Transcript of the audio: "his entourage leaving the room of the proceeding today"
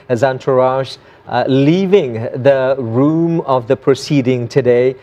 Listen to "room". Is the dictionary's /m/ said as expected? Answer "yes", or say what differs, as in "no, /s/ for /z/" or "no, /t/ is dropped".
yes